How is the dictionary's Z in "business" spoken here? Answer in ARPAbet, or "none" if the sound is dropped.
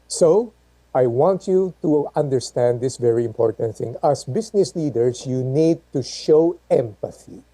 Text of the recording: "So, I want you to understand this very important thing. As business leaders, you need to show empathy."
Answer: S